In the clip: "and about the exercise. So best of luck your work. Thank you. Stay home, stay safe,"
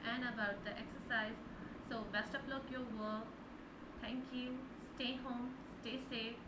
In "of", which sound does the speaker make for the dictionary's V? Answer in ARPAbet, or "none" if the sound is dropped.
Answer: P